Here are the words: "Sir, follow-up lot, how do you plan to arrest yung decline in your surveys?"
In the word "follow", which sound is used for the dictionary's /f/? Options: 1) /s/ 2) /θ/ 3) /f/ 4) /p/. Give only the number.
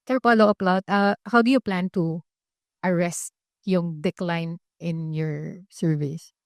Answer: 4